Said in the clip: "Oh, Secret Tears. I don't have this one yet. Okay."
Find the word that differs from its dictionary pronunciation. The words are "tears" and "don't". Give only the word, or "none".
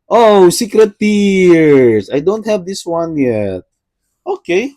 tears